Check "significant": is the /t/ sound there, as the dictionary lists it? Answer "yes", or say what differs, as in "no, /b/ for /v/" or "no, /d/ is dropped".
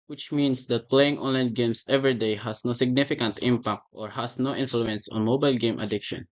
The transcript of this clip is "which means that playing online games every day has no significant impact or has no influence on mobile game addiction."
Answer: yes